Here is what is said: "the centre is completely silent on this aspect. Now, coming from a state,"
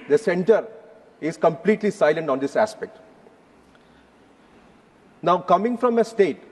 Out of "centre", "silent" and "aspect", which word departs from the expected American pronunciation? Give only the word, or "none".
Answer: none